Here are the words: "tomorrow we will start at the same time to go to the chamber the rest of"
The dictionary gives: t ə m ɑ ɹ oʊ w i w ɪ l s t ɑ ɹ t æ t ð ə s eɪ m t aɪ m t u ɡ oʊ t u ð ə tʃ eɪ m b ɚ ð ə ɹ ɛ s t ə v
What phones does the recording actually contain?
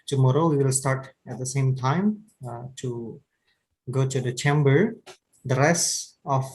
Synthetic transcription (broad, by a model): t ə m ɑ ɹ oʊ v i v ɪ l s t ɑ ɹ t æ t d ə s eɪ m t aɪ m t u ɡ oʊ t u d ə tʃ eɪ m b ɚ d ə ɹ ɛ s ə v